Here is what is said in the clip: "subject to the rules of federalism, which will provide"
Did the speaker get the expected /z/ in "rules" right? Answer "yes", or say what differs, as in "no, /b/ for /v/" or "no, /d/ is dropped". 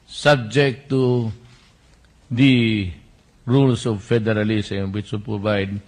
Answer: no, /s/ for /z/